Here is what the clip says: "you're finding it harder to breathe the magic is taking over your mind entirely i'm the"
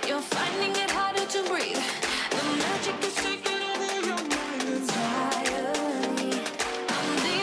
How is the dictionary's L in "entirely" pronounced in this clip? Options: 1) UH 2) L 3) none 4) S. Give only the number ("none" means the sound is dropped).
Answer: 3